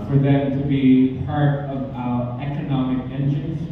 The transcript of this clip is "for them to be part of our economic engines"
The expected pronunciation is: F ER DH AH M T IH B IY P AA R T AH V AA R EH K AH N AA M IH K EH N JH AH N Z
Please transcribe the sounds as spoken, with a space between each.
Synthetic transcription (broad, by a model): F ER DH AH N T IH B IY P AA R T AH V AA EH K AH N AA M IH K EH N JH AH N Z